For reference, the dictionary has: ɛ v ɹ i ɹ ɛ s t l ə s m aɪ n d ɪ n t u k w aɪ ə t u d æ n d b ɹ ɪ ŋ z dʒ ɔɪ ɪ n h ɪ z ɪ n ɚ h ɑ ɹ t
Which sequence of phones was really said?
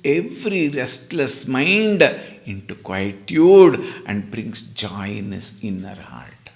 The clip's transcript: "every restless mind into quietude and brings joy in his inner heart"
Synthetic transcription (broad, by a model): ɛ v ɹ i ɹ ɛ s t l ə s m aɪ n d ɪ n t u k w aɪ t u d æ n d b ɹ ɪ ŋ s dʒ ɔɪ ɪ n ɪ s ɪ n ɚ h ɑ ɹ t